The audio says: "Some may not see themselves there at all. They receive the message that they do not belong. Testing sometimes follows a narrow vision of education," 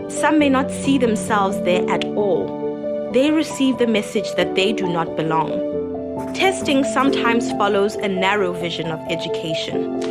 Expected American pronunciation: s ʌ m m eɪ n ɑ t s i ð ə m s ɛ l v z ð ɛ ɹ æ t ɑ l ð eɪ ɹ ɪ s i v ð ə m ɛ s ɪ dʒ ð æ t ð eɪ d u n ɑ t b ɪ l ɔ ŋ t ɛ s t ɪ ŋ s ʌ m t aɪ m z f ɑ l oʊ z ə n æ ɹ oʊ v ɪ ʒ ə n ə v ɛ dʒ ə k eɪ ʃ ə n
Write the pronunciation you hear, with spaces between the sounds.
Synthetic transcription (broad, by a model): s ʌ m m eɪ n ɑ t s i ð ə m s ɛ l v z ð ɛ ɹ æ t ɑ l ð eɪ ɹ ɪ s i v ð ə m ɛ s ɪ dʒ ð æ t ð eɪ d u n ɑ t b ɪ l ɔ ŋ t ɛ s t ɪ ŋ s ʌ m t aɪ m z f ɑ l oʊ z ə n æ ɹ oʊ v ɪ ʒ ə n ə v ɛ dʒ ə k eɪ ʃ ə n